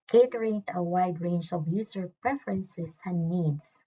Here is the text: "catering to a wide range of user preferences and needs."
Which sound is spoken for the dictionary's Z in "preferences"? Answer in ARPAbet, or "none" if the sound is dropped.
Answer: S